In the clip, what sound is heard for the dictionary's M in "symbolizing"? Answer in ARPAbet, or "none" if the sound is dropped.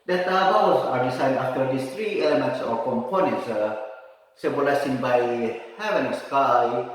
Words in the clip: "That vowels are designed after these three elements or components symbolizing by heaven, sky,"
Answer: none